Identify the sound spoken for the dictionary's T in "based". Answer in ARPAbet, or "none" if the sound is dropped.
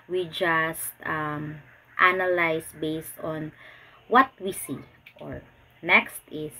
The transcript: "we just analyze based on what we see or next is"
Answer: T